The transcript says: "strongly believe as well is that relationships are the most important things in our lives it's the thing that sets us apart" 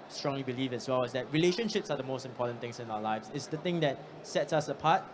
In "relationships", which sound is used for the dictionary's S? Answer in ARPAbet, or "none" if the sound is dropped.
S